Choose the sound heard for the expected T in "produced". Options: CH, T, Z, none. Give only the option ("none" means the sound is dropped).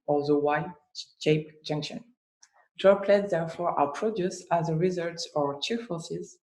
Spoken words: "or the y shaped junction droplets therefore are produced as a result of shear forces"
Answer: none